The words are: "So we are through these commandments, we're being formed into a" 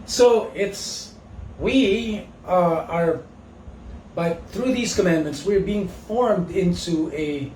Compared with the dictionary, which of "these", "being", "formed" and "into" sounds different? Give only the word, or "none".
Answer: none